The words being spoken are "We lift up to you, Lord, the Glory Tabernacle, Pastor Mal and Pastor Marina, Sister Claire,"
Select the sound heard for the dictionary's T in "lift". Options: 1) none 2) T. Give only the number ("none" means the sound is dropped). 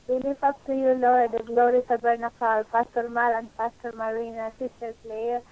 1